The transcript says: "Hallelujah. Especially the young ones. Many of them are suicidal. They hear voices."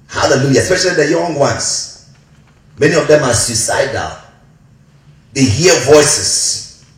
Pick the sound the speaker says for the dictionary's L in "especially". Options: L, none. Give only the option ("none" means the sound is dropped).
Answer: L